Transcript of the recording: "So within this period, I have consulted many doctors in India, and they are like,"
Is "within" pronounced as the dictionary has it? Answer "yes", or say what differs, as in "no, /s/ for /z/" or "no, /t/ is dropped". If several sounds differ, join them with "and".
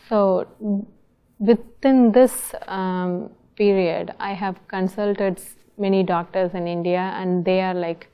no, /t/ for /θ/